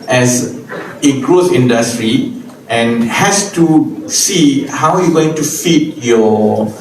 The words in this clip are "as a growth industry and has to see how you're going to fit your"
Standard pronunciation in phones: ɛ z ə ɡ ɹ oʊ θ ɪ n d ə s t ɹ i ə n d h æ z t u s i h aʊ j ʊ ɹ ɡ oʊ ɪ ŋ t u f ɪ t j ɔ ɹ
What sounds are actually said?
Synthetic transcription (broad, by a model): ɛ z ə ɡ ɹ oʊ s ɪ n d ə s t ɹ i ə n h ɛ s t u s i h aʊ j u ɡ oʊ ɪ ŋ t u f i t j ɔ